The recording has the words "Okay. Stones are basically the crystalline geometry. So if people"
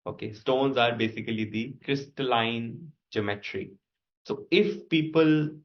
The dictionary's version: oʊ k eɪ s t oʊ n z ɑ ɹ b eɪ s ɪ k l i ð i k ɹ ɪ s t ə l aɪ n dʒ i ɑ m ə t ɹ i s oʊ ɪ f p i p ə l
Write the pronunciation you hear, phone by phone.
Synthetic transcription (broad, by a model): oʊ k eɪ s t oʊ n z ɑ ɹ b eɪ s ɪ k l i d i k ɹ ɪ s t ə l aɪ n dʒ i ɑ m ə t ɹ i s oʊ ɪ f p i p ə l